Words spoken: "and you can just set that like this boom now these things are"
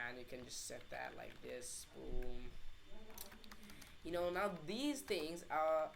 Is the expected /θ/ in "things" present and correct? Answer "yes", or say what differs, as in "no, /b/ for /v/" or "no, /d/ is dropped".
yes